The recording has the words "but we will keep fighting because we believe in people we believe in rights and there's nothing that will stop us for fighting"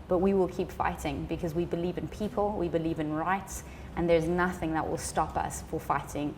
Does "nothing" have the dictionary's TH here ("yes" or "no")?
yes